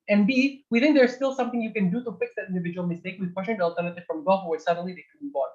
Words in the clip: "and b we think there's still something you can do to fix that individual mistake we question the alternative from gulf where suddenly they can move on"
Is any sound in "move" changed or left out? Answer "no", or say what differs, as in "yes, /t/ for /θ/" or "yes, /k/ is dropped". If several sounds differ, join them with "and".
yes, /b/ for /v/